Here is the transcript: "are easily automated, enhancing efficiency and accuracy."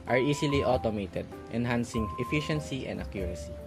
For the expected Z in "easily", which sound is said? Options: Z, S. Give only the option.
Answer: S